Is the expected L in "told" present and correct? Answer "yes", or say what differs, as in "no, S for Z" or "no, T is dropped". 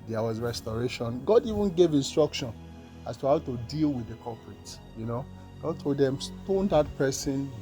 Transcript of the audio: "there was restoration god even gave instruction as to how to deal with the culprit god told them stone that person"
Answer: no, L is dropped